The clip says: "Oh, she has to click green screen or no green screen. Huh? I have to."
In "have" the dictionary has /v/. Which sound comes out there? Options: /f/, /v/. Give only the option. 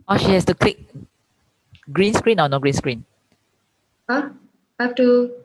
/f/